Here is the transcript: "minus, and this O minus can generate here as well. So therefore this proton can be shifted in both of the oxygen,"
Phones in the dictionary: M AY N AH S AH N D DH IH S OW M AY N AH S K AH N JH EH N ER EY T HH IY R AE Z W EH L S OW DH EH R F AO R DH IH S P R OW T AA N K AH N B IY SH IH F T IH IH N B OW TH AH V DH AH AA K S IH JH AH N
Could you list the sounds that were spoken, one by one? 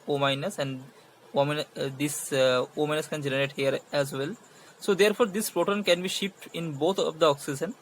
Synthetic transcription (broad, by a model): M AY N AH S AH N D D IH S OW M AY N AH S K AH N JH EH N ER EY T HH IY R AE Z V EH L S OW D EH R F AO R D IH S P R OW T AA N K AH N B IY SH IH P T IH IH N B OW T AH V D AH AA K S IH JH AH N